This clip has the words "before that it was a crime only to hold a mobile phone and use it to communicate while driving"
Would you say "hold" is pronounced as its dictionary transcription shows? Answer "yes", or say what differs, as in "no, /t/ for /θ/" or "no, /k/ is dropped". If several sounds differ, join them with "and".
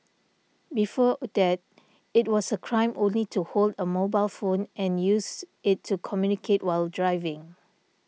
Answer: yes